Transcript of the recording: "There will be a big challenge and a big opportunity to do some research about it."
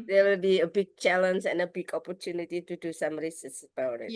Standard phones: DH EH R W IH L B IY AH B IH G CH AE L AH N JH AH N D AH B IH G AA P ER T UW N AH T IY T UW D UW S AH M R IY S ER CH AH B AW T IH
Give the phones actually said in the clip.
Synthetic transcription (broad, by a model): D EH W IH L B IY AH B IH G CH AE L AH N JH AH N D AH B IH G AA P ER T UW N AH T IY T UW D UW S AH M R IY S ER S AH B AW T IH